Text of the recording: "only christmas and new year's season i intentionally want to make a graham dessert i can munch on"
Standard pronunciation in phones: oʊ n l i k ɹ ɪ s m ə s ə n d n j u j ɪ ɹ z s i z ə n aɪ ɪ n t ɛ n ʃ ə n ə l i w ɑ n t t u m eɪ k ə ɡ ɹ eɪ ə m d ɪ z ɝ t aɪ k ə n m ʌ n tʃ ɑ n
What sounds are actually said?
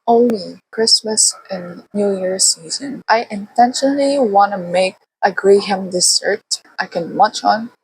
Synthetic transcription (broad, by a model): oʊ n l i k ɹ ɪ s m ə s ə n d n j u j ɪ ɹ s i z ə n aɪ ɪ n t ɛ n ʃ ə n ə l i w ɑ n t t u m eɪ k ə ɡ ɹ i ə m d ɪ s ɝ t aɪ k ə n m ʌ tʃ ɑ n